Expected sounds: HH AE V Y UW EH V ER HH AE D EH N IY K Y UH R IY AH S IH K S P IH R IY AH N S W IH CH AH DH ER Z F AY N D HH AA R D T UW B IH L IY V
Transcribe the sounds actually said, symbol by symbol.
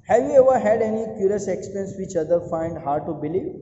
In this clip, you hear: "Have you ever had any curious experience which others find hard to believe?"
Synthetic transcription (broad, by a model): HH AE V Y UW EH V ER HH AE D EH N IY K Y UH R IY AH S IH K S P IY N S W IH CH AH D ER F AY N D HH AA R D T UW B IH L IY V